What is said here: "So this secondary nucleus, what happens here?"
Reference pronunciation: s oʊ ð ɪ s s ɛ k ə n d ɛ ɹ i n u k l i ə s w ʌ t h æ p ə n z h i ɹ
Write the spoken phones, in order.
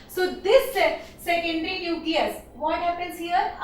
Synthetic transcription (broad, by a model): s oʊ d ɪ s s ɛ k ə n d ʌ ɹ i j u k i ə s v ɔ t h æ p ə n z h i ɹ